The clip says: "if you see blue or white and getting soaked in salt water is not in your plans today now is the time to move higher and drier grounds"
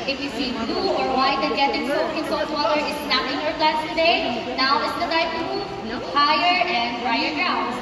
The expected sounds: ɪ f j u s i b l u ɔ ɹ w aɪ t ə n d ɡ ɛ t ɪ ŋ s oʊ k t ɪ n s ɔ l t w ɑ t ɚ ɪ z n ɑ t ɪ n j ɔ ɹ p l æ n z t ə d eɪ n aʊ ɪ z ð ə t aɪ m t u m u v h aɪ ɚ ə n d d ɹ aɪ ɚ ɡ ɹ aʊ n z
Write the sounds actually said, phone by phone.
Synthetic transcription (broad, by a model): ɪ f j u s i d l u ɔ ɹ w aɪ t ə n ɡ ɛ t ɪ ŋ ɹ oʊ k ɪ n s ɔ t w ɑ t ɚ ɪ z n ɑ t ɪ n j ɔ ɹ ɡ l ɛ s t ə d eɪ n aʊ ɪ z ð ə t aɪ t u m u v h aɪ ɚ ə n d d ɹ aɪ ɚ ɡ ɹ aʊ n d